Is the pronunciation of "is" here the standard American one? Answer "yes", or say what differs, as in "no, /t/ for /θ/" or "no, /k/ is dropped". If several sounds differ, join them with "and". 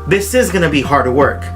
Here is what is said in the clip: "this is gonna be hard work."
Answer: yes